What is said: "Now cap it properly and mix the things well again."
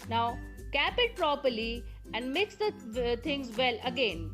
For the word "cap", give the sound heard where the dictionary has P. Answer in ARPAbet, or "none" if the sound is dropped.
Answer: P